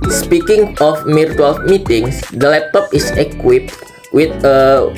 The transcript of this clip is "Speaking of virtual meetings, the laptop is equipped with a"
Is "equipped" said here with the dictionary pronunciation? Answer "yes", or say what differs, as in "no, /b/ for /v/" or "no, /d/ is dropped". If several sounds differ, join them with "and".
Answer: yes